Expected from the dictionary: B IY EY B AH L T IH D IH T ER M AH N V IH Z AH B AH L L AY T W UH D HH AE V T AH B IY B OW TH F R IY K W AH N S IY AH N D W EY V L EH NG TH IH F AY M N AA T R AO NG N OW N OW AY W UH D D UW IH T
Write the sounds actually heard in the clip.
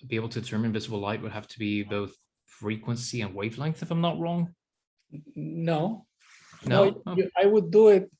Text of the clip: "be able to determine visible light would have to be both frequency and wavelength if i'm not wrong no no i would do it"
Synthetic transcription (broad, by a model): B IY EY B L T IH D IH T ER M AH N V IH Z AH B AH L L AY T W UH D HH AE F T AH B IY B OW TH F R IY K W AH N S IY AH N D W EY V L EH NG TH IH F AY M N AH T R AO NG N OW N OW AY W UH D D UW IH T